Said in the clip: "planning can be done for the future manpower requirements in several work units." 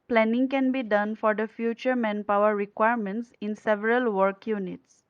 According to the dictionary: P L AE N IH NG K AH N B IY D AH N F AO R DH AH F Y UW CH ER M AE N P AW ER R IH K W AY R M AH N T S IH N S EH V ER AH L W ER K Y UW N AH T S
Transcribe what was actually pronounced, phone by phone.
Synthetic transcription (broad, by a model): P L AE N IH NG K AH N B IY D AH N F AO R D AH F Y UW CH ER M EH N P AW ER R IH K W AY R M AH N T S IH N S EH V ER AH L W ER K Y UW N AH T S